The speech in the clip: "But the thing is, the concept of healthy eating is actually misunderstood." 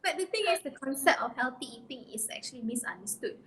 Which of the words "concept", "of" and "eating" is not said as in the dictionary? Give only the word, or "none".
of